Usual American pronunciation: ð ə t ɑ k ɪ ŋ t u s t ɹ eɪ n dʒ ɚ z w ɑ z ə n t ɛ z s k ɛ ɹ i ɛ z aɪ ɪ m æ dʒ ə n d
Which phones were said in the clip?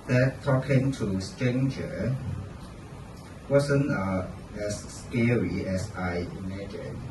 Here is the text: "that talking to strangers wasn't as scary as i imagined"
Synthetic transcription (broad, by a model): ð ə t ɑ k ɪ ŋ t u s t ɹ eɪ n dʒ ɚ w ɑ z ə n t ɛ s k ɛ ɹ i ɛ s aɪ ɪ m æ dʒ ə n